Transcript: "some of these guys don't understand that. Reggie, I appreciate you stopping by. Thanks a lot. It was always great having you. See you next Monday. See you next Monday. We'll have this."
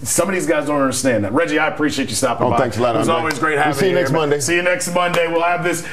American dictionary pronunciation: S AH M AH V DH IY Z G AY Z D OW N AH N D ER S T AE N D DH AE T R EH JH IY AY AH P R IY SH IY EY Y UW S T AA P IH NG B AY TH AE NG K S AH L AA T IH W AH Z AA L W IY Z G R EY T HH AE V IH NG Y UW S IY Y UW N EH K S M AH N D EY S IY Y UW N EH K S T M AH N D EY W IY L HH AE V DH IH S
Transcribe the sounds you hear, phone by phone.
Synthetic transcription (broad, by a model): S AH M AH V DH IY Z G AY Z D OW N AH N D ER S T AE N DH AE T R EH JH IY AY AH P R IY SH IY EY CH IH S T AA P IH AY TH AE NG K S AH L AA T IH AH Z AA L W IY Z G R EY T HH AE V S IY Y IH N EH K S M AH N D EY S IY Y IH N EH K S T M AH N D EY W IY L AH V DH IH S